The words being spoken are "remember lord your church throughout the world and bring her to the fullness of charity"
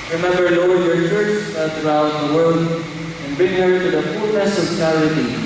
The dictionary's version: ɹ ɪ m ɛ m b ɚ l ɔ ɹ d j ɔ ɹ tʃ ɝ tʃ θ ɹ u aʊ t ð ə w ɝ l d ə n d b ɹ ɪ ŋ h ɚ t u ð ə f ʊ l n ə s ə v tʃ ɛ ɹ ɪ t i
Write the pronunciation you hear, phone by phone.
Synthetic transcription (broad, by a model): ɹ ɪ m ɛ m b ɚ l ɔ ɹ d j ɔ ɹ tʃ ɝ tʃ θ ɹ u aʊ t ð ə w ɝ l d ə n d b ɪ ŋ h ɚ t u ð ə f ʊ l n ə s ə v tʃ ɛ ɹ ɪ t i